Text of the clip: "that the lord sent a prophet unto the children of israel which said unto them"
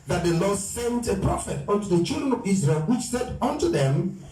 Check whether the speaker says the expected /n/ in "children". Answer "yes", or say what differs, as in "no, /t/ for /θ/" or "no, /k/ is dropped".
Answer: yes